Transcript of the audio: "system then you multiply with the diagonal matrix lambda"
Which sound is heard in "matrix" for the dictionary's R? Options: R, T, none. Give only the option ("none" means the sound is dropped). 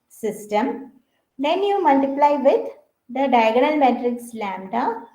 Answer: R